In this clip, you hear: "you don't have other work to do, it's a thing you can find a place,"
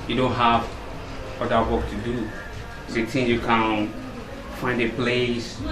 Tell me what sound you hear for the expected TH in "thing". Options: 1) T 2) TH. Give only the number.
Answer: 1